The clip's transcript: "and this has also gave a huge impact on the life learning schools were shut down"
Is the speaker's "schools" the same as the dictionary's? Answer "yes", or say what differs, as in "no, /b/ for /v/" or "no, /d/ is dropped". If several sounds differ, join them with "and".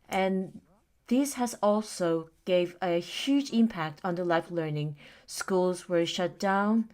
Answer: yes